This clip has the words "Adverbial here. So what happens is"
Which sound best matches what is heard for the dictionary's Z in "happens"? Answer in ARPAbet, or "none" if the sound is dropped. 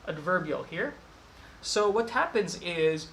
Z